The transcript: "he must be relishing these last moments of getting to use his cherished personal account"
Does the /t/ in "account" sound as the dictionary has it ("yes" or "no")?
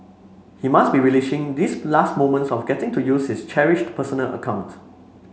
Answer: yes